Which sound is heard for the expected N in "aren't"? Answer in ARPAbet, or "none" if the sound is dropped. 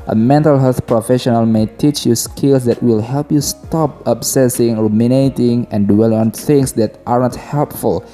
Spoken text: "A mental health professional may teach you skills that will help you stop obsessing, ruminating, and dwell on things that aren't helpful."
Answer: none